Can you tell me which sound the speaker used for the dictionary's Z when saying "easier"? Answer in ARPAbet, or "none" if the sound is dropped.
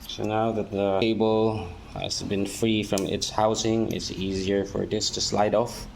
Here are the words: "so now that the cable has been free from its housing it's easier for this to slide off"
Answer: Z